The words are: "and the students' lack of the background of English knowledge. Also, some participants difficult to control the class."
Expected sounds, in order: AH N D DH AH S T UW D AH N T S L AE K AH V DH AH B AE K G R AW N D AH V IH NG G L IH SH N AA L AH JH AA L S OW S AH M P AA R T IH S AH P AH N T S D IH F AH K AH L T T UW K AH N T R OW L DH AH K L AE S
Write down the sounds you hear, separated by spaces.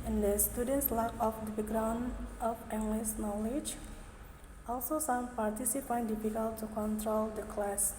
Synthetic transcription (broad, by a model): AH N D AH S T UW D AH N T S L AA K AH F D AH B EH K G R AW N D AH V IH NG G L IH S N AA L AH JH AA L S OW S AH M P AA R T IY S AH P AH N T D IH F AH K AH L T T UW K AH N T R OW L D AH K L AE S